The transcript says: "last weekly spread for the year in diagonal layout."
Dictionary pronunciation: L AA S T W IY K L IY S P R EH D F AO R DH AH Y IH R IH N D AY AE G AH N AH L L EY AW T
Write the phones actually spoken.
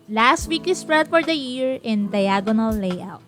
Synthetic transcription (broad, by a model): L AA S T W IY K IY S P R EH D F AO R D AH Y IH R IH N D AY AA G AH N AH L L EY AW T